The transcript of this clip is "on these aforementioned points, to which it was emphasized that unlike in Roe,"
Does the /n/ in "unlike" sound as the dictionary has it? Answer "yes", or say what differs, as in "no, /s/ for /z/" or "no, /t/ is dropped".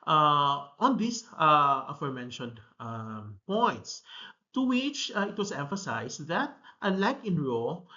no, /n/ is dropped